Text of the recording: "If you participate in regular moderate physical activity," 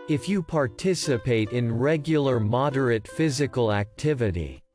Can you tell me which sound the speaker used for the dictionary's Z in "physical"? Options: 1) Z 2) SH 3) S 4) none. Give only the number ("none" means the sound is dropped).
1